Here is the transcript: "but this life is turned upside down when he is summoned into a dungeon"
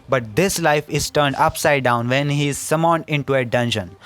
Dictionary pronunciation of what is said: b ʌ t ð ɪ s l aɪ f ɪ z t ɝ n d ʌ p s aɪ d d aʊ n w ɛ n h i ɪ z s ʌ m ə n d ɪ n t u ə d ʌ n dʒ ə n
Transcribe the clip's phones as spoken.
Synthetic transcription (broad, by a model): b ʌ t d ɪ s l aɪ f ɪ z t ɝ n d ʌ p s aɪ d d aʊ n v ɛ n h i ɪ z s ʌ m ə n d ɪ n t u ə d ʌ n dʒ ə n